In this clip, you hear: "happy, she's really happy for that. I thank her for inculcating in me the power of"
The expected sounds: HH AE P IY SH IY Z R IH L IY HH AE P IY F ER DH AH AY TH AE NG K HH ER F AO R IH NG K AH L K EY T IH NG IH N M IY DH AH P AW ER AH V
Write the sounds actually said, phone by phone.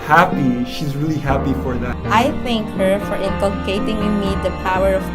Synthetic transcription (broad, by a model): HH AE P IY SH IY Z R IH L IY HH AE P IY F ER DH AH AY TH AE NG K HH ER F AO R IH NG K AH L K EY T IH NG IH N M IY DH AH P AW ER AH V